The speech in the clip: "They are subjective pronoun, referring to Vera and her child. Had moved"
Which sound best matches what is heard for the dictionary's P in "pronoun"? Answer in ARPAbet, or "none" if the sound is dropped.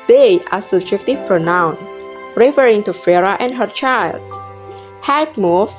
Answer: P